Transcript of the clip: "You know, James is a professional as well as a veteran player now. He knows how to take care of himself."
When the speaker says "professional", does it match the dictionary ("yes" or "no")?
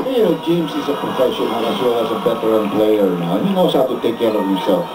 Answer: no